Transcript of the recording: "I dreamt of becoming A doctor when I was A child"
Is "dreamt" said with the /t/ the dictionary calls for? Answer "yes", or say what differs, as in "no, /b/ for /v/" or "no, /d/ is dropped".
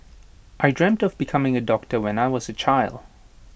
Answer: yes